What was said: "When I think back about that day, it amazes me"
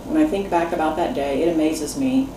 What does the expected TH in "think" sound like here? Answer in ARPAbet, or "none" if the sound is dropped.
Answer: TH